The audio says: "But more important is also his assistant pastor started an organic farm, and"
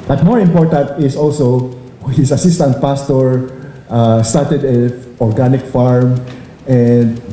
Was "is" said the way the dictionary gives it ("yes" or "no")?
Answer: no